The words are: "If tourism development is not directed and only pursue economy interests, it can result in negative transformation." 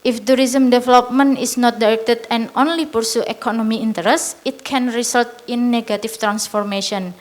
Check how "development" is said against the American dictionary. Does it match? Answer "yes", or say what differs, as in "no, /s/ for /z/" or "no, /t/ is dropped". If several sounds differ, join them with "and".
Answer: no, /t/ is dropped